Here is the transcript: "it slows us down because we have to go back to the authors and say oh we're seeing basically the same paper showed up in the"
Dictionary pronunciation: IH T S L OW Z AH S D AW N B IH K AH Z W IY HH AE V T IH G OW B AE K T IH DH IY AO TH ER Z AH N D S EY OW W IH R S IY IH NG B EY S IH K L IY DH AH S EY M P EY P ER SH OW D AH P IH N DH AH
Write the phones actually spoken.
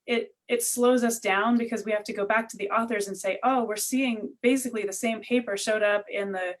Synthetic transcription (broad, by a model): IH T S L OW Z AH S D AW N B IH K AH Z W IY HH AE F T IH G OW B AE K T IH DH IY AO TH ER Z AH N S EY OW W IH R S IY IH NG B EY S IH K L IY DH AH S EY M P EY P ER SH OW D AH P IH N DH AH